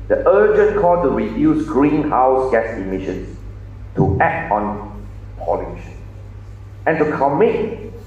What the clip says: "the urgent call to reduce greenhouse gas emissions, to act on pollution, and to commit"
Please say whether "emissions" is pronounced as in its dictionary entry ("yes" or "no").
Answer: no